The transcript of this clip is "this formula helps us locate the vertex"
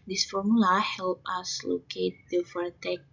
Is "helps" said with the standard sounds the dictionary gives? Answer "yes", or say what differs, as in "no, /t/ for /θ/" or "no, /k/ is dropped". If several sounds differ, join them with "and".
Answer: no, /s/ is dropped